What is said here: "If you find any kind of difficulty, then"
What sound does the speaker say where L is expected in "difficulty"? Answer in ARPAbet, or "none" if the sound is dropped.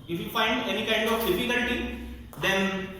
N